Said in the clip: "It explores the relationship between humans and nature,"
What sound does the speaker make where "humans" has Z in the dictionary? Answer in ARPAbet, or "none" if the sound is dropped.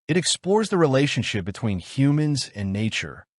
Z